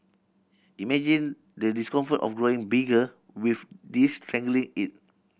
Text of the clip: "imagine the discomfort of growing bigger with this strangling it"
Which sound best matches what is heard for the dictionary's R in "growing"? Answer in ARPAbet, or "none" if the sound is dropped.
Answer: R